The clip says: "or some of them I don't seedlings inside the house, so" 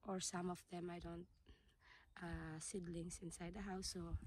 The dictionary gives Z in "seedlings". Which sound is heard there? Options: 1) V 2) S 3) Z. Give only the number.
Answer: 2